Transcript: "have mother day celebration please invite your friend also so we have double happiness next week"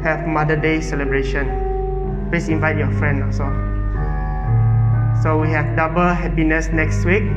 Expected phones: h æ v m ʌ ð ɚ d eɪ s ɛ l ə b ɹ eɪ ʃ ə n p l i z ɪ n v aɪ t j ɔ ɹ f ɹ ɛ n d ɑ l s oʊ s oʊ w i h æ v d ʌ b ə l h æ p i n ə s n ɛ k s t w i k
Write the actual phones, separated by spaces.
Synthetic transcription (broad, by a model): h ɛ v m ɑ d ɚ d eɪ s ɛ l ə b ɹ eɪ ʃ ə n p l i s ɪ n v aɪ t j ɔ f ɹ ɛ n d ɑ s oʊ s oʊ w i h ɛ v d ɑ b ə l h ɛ p i n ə s n ɛ k s t w i k